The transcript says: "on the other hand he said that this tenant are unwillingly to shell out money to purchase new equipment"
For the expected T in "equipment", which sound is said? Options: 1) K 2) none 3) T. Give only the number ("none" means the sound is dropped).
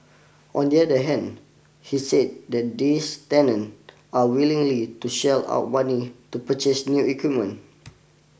2